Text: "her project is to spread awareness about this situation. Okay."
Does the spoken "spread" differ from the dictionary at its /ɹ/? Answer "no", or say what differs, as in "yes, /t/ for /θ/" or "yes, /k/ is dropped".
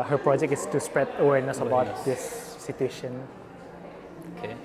no